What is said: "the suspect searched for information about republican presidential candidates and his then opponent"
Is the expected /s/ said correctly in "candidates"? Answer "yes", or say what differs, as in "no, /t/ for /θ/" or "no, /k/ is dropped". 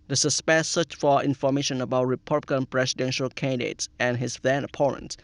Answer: yes